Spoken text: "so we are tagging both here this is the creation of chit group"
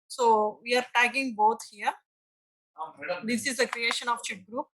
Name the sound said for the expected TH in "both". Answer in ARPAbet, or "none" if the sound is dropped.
T